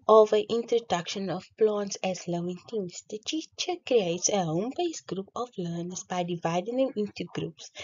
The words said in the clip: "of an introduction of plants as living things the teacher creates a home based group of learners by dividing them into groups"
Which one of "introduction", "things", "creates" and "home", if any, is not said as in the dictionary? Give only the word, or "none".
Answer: things